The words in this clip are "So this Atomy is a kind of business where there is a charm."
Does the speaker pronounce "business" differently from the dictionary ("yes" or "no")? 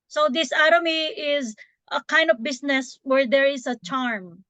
yes